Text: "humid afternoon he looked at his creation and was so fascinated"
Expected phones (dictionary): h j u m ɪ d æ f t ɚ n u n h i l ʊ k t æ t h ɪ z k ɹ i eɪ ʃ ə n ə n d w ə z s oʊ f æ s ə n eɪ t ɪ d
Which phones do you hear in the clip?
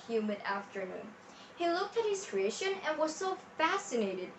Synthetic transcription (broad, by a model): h j u m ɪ d æ f t ɚ n u n h i l ʊ k t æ t h ɪ z k ɹ i eɪ ʃ ə n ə n w ə z s oʊ f æ s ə n eɪ t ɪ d